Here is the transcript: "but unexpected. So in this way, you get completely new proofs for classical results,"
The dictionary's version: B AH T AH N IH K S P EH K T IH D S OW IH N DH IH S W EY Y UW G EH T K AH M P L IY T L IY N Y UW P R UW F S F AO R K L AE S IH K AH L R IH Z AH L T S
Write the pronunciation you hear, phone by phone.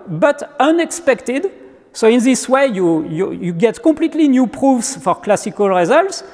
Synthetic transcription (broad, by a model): B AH T AH N IH K S P EH K T IH D S OW IH N DH IH S W EY Y UW G EH T K AH M P L IY T L IY N Y UW P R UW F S F AO R K L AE S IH K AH L R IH Z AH L T S